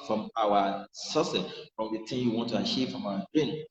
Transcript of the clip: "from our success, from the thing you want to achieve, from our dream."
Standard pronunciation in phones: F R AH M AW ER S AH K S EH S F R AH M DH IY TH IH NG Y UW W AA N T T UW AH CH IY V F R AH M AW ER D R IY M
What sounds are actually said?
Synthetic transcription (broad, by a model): F R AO M AW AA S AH S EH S F R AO M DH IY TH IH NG Y UW W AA N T T UW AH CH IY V F R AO M AW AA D R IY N